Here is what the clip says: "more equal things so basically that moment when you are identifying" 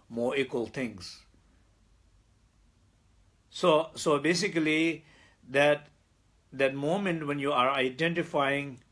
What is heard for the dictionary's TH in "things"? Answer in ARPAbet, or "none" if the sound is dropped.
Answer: T